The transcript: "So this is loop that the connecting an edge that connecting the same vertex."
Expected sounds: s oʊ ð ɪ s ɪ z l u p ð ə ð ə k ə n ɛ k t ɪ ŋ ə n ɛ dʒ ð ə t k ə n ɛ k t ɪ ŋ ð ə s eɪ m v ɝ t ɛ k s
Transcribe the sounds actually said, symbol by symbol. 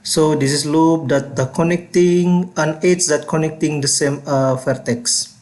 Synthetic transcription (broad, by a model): s oʊ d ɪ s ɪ s l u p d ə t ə k ə n ɛ k t ɪ ŋ ə n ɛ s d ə t k ə n ɛ k t ɪ ŋ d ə s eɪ m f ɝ t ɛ k s